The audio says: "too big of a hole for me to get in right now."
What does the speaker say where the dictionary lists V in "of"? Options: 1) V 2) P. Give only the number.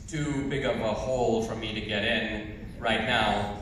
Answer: 2